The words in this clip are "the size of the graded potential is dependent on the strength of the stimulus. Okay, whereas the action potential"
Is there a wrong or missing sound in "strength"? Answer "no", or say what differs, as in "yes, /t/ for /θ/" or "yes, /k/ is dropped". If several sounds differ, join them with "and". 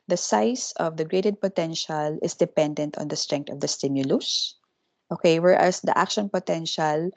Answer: yes, /t/ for /θ/